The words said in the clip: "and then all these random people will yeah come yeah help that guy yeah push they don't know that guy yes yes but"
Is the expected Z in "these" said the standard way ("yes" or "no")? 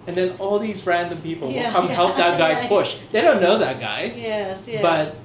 yes